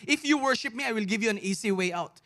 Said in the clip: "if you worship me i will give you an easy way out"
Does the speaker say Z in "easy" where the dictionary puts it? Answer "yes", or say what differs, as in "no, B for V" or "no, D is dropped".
no, S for Z